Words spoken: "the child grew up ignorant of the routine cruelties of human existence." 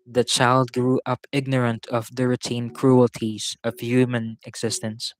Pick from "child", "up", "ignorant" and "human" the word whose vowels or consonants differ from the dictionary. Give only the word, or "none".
none